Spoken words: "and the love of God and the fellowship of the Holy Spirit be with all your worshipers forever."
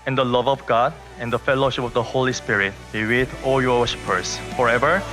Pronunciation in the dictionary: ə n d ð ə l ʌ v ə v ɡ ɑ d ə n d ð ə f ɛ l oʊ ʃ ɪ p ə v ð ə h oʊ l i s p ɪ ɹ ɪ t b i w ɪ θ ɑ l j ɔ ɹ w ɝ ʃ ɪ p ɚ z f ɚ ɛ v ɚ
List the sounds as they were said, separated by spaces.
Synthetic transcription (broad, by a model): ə n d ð ə l ʌ v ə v ɡ ɑ d ə n d ə f ɛ l oʊ ʃ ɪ p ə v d ə h oʊ l i s p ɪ ɹ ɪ t b i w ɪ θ ɑ l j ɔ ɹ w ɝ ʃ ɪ p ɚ s f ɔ ɛ v ɚ